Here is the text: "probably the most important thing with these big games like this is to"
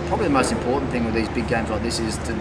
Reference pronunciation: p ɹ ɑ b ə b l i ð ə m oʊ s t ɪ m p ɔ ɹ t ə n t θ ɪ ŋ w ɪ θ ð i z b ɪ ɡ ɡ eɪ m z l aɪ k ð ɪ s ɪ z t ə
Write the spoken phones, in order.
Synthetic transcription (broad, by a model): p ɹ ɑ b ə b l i ð ə m oʊ s t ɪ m p ɔ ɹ t n θ ɪ ŋ w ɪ ð i z b ɪ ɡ ɡ eɪ m z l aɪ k ð ɪ s ɪ z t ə